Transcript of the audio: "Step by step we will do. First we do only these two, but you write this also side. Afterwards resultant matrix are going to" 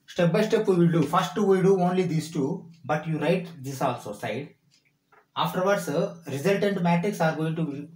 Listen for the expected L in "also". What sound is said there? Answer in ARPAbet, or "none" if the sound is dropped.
L